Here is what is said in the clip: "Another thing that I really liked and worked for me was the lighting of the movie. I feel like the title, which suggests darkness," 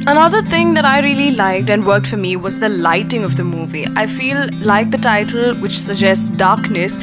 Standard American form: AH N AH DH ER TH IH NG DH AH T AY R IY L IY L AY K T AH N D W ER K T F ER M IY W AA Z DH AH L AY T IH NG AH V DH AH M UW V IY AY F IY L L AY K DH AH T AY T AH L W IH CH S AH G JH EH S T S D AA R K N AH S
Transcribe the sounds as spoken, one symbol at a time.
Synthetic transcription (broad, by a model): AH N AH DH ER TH IH NG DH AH T AY R IY L IY L AY K T AH N D W ER K T F ER M IY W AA Z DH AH L AY T IH NG AH V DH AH M UW V IY AY F IY L L AY K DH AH T AY T AH L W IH CH S AH G JH EH S T S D AA R K N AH S